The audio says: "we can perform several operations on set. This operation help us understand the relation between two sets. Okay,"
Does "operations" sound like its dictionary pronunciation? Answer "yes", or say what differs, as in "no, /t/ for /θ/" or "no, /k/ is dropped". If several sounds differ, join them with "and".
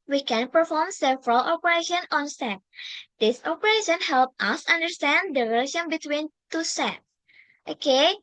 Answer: no, /z/ is dropped